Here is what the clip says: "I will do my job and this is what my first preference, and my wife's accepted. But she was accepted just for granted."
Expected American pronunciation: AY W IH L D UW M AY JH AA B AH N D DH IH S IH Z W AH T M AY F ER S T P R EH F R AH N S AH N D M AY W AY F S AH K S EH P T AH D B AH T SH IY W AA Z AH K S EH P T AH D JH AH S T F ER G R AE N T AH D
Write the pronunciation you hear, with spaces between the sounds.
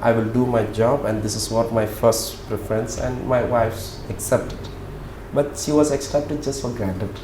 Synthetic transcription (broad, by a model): AY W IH L D UW M AY JH AA B AH N D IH S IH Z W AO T M AY F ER S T P R EH F R AH N S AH N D M AY W AY F S AH K S EH P T AH D B AH T SH IY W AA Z AH K S EH P T AH D JH AH S T F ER G R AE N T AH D